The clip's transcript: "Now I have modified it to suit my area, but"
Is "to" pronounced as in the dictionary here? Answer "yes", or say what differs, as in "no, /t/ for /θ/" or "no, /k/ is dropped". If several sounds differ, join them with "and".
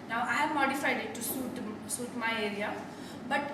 no, /s/ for /t/